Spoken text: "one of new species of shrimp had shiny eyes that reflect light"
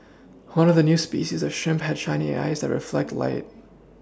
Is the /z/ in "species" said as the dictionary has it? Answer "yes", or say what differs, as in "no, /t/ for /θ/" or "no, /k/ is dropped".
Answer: yes